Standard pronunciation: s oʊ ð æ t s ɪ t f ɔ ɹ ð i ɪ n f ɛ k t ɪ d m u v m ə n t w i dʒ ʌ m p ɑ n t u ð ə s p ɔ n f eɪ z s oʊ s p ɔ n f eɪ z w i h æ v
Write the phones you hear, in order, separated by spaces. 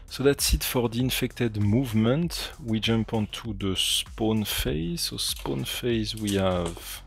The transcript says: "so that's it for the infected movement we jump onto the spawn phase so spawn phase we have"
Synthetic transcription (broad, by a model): s oʊ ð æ t s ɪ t f ɔ ɹ ð i ɪ n f ɛ k t ɪ d m u v m ə n t w i dʒ ʌ m p ɑ n t u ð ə s p ɔ n f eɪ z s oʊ s p ɔ n f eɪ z w i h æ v